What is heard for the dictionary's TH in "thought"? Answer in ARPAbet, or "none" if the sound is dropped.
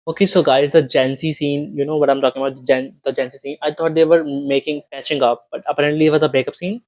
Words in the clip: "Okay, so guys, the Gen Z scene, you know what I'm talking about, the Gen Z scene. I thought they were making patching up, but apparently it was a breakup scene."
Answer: T